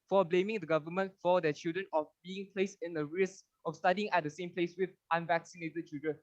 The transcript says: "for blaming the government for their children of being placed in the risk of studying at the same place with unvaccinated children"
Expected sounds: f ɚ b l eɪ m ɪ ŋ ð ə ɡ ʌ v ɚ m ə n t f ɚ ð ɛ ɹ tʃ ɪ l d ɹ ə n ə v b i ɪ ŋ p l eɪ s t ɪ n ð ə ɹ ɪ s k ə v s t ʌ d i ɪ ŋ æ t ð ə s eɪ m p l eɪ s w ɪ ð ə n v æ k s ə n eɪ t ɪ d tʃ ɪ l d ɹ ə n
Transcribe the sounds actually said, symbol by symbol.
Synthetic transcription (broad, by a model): f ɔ b l eɪ m ɪ ŋ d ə ɡ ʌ v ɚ m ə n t f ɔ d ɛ tʃ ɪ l d ɹ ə n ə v b i ɪ ŋ p l eɪ s ɪ n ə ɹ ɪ s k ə f s t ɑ d i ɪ ŋ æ t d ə s eɪ m p l eɪ s w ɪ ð ə n v æ k s ə n eɪ t ɪ d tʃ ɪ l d ɹ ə n